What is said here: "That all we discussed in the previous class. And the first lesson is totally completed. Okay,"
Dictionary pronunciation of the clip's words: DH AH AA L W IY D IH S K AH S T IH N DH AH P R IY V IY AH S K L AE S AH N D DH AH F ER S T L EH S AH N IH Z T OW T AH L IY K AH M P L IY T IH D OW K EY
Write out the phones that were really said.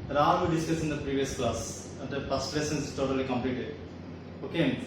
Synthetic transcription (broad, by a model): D AA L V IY D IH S K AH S IH N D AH P R IY V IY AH S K L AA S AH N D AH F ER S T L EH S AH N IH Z T OW T AH L IY K AH M P L IY T IH D OW K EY